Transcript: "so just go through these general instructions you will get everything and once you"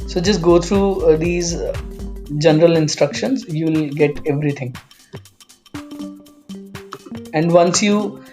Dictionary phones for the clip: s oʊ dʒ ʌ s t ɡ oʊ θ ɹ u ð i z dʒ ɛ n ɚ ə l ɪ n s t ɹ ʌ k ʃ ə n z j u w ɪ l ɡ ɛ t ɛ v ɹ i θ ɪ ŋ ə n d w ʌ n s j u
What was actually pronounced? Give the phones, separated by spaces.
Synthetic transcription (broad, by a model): s oʊ dʒ ʌ s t ɡ oʊ t ɹ u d i z dʒ ɛ n ɚ ə l ɪ n s t ɹ ʌ k ʃ ə n z j u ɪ l ɡ ɛ t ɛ v ɹ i t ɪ ŋ ə n d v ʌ n s j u